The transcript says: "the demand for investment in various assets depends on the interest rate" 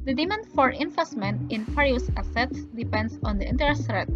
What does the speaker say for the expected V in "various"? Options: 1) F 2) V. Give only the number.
1